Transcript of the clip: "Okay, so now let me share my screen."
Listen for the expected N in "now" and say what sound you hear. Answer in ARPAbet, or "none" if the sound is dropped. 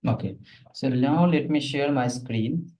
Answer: L